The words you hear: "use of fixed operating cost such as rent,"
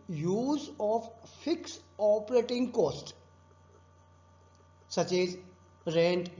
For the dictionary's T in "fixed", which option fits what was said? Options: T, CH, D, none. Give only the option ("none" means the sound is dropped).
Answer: none